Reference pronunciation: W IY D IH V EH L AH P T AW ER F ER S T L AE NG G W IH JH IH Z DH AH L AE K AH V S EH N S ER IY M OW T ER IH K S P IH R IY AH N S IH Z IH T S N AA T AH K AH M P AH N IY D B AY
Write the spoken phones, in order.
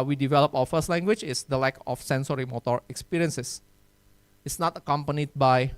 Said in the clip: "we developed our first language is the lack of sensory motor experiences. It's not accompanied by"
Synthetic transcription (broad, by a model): W IY D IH V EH L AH P AW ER F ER S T L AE NG G W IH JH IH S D AH L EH K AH F S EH N S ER IY M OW T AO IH K S P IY R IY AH N S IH S IH T S N AA T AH K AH M P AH N IY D B AY